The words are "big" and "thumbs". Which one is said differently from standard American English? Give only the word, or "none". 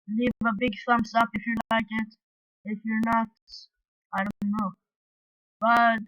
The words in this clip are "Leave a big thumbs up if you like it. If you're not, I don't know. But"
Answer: thumbs